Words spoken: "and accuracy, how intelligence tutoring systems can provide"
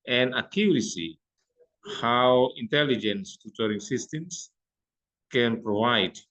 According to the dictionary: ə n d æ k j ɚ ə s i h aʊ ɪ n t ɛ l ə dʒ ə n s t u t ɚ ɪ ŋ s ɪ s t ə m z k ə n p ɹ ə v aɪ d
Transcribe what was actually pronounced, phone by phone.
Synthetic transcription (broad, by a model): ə n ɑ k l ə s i h aʊ ɪ n t ɛ l ə dʒ ə n s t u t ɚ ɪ ŋ s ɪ s t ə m s k ə n p ɹ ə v aɪ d